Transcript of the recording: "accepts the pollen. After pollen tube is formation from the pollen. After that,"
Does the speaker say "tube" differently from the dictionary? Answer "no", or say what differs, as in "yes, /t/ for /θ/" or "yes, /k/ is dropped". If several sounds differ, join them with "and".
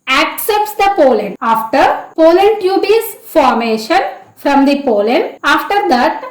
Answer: no